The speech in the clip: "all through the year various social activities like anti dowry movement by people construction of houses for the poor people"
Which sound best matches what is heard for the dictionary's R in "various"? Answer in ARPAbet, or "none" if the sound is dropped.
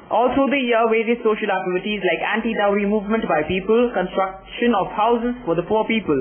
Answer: W